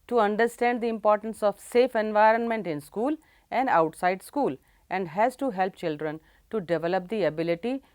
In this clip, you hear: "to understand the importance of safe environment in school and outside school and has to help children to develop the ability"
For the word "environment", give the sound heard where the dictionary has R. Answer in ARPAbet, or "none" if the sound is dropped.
R